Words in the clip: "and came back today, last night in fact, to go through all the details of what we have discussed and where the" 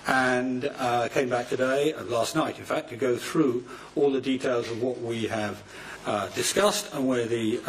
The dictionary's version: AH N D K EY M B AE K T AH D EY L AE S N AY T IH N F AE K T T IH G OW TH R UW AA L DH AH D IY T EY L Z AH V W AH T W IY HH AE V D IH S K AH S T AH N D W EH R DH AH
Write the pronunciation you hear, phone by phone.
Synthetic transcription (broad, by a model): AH N K EY M B AE K T AH D EY L AE S N AY T IH N F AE K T T IH G OW TH R UW AA L DH AH D IY T EY L Z AH V W AH T W IY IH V D IH S K AH S T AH N W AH R DH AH